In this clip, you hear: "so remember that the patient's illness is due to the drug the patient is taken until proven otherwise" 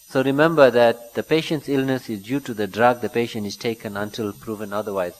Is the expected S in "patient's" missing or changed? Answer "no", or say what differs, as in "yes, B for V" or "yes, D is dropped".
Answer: no